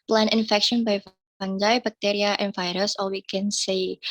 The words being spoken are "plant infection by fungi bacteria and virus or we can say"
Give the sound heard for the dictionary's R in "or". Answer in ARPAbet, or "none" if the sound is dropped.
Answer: L